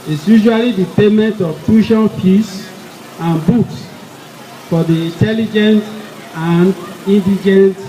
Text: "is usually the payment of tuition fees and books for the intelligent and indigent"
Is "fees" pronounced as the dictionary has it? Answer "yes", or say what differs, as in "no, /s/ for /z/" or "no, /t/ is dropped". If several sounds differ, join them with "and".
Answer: no, /s/ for /z/